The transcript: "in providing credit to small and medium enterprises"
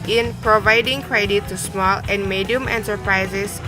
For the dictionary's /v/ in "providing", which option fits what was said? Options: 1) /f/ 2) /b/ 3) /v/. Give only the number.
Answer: 3